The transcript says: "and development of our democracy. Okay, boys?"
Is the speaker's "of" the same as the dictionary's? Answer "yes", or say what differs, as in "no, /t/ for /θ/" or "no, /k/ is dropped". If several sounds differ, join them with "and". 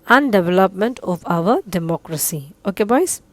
no, /p/ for /v/